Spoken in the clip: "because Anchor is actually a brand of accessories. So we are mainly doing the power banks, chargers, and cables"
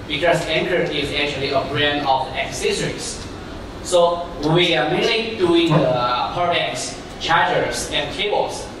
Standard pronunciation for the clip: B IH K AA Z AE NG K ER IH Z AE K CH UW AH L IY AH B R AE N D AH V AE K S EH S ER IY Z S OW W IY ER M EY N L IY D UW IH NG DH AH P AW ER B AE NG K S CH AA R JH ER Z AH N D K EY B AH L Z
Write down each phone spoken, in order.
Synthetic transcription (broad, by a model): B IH K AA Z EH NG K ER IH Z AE K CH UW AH L IY AH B R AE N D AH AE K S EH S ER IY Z S OW W IY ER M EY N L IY D UW IH NG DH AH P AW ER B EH K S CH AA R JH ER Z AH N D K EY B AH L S